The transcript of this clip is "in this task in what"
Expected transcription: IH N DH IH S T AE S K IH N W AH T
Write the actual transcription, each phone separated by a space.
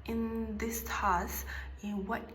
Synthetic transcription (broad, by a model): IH N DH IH S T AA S IH N W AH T